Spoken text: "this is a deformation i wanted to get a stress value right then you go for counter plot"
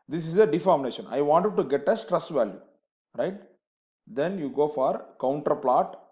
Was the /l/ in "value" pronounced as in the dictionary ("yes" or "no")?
yes